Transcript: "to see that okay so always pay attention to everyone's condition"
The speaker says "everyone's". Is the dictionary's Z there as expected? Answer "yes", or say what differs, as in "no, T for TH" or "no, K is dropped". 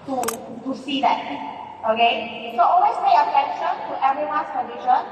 no, S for Z